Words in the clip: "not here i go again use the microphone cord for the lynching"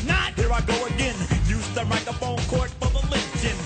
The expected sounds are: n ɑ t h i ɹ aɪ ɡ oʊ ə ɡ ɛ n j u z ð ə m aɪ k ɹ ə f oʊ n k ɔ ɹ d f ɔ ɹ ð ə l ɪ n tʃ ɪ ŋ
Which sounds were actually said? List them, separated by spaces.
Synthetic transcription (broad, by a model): n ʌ t h i ɹ aɪ ɡ oʊ ə ɡ ɛ n j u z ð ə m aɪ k ə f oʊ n k ɔ ɹ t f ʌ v ð ə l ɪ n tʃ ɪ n